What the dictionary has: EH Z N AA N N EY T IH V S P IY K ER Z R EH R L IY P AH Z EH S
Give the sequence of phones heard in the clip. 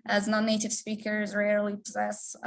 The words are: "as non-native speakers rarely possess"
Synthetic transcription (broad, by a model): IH Z N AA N N EY T IH V S P IY K ER Z R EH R L IY P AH Z EH S